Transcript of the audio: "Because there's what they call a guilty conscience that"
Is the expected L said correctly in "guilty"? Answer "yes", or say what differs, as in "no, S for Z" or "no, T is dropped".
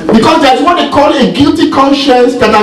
yes